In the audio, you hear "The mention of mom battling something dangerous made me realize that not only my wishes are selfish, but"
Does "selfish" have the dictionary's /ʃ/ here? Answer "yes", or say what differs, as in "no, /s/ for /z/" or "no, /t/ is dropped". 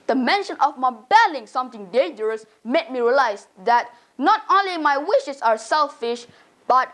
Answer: yes